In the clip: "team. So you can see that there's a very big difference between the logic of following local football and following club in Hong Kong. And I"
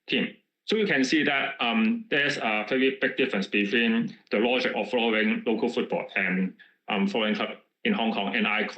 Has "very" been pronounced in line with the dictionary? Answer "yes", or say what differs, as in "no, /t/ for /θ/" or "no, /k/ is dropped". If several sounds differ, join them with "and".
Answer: no, /p/ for /v/ and /ɹ/ is dropped